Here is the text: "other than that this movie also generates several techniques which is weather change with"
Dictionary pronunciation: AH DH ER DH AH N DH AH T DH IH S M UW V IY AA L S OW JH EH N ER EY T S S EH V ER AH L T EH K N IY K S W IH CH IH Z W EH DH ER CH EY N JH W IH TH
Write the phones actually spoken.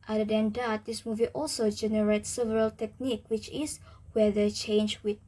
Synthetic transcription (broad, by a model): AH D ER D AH N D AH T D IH S M UW V IY AA L S OW JH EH N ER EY T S S EH V ER AH L T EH K N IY K W IH CH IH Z W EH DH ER CH EY N JH W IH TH